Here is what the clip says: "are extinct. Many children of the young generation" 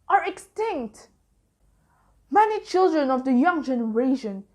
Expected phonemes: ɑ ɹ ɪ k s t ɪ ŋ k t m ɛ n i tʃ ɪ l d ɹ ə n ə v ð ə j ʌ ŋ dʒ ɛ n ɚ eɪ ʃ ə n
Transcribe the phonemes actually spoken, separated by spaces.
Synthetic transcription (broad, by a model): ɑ ɹ ɪ k s t ɪ ŋ k t m ɛ n i tʃ ɪ l d ɹ ə n ə v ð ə j ʌ ŋ dʒ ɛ n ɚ eɪ ʃ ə n